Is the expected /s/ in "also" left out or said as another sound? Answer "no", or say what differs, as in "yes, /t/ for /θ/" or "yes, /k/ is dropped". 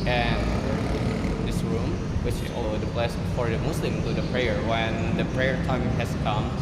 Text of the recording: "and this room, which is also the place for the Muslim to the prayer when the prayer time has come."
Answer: yes, /s/ is dropped